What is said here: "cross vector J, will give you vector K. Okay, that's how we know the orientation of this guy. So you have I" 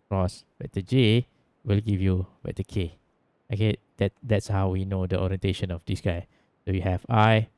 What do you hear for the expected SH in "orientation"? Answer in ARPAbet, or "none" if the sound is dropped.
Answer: SH